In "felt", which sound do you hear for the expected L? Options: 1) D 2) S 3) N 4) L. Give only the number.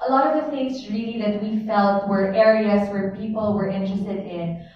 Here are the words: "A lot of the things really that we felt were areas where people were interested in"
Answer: 4